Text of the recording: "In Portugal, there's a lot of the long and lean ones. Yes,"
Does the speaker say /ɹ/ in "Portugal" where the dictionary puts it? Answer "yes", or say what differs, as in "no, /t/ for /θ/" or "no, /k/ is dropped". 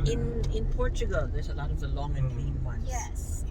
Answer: yes